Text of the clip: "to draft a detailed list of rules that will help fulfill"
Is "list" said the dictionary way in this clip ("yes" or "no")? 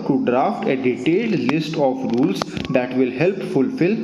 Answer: yes